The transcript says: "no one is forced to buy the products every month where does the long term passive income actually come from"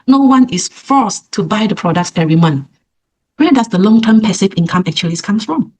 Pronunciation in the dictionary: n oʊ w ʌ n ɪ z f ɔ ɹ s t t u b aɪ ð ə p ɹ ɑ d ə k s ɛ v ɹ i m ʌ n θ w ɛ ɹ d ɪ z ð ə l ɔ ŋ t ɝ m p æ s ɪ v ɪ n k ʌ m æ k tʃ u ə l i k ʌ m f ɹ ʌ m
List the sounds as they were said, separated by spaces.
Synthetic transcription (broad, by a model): n oʊ w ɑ n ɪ s f ɔ s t t u b aɪ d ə p ɹ ɑ d ə k s ɛ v ɹ i m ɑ n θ w ɛ d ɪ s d ə l ɔ ŋ t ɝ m p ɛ s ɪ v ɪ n k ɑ m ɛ k tʃ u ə l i k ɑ m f ɹ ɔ m